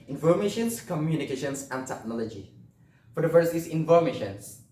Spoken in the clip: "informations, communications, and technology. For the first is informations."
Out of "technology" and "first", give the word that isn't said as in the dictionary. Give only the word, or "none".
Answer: first